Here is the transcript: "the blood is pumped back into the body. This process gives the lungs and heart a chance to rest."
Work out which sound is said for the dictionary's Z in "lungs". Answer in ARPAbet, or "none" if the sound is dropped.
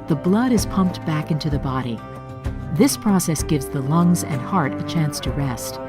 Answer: Z